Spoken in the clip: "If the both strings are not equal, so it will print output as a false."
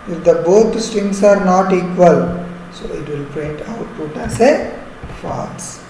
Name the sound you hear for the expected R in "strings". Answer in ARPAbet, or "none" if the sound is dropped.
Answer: none